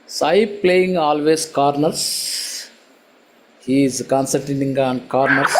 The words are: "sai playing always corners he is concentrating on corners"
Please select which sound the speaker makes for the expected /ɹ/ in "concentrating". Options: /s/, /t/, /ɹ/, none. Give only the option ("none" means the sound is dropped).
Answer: none